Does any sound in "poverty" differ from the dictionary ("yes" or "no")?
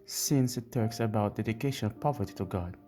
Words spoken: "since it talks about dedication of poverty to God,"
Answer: no